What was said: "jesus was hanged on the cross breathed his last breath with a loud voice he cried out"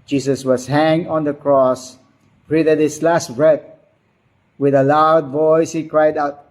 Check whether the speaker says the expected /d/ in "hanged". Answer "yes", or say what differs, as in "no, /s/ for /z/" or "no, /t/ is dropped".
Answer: no, /d/ is dropped